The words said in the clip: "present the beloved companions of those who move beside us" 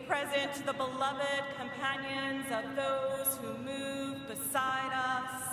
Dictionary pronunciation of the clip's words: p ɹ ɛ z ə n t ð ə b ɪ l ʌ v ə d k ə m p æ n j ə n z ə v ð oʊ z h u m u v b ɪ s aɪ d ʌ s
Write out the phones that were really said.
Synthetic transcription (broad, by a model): p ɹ ɛ z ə n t ð ə b ɪ l ʌ v ə d k ə m p æ n j ə n z ə v ð oʊ z h u m u v b ɪ s aɪ d ʌ s